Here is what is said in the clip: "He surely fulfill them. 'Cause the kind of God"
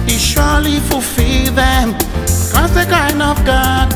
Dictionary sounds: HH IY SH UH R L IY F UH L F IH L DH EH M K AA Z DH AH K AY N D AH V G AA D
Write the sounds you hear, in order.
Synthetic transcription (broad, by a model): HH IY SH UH L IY F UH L F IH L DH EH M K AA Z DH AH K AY N AH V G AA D